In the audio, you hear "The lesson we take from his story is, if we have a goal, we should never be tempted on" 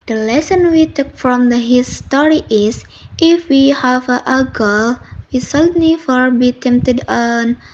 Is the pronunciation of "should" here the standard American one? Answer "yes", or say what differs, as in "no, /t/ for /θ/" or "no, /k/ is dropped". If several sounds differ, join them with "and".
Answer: no, /s/ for /ʃ/